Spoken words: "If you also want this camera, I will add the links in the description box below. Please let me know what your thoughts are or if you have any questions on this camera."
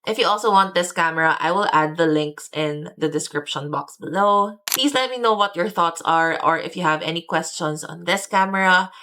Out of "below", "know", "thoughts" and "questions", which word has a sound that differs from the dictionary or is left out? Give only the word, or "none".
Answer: questions